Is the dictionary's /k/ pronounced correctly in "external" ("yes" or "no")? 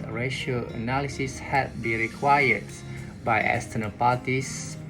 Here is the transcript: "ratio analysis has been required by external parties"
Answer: no